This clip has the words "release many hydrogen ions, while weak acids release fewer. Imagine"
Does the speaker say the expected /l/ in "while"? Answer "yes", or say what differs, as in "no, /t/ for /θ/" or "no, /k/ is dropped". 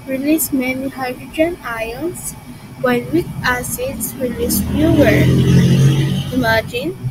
no, /n/ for /l/